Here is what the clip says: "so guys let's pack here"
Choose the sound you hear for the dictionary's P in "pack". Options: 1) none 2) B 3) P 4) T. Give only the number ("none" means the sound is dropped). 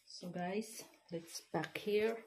2